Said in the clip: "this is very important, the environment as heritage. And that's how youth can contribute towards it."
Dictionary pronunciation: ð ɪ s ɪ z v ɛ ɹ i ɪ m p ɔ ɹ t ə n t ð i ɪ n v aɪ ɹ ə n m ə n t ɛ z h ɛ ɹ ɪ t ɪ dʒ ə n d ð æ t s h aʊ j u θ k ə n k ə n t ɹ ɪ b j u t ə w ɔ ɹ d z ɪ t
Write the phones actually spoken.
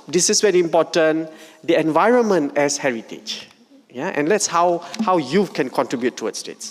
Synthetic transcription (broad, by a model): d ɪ s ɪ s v ɛ ɹ i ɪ m p ɔ t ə n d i ɪ n v aɪ ɹ ə n m ə n t ɛ s h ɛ ɹ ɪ t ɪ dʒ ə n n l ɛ t s h aʊ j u f k ə n k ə n t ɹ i b j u t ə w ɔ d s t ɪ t